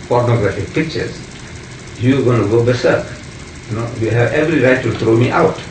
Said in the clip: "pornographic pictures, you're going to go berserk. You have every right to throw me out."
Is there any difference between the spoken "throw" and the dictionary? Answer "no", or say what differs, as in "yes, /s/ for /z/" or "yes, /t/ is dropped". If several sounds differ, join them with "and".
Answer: yes, /t/ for /θ/